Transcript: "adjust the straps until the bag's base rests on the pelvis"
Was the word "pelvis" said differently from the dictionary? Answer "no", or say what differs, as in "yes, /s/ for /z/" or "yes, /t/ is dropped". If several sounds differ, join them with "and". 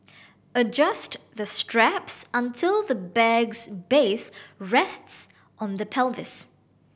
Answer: no